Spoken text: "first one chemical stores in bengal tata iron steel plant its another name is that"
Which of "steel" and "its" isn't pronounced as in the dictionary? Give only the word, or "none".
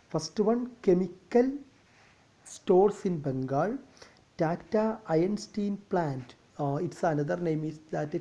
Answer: steel